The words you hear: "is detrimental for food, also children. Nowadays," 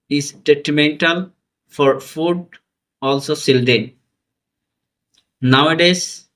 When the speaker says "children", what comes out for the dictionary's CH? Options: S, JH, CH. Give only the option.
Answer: S